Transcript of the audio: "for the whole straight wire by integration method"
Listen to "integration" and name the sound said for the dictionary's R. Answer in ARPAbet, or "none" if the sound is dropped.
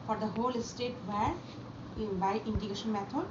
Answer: none